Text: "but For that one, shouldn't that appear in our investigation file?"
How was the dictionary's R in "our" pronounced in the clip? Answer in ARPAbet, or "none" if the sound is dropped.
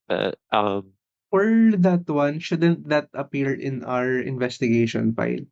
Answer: R